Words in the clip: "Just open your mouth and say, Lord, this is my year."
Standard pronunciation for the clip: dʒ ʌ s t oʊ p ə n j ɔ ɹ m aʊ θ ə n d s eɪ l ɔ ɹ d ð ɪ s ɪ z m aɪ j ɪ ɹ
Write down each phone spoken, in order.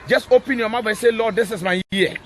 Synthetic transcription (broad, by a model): dʒ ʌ s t oʊ p ə n j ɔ m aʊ f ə s eɪ l ɔ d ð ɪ s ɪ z m aɪ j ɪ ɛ